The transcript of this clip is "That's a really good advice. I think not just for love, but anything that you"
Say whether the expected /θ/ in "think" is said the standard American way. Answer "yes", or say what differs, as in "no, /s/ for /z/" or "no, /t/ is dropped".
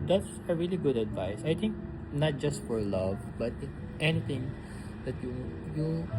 no, /t/ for /θ/